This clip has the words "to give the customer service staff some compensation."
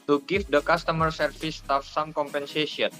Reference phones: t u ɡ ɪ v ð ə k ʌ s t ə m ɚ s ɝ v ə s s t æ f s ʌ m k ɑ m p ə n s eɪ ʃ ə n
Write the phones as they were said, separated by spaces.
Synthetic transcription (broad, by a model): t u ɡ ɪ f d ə k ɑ s t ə m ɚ s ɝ f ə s s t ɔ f s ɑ m k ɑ m p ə n s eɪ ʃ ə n